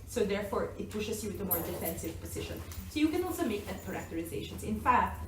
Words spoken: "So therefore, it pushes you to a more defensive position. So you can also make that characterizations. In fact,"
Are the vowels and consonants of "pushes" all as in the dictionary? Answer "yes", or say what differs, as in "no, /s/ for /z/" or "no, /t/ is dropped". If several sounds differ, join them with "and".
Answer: no, /s/ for /z/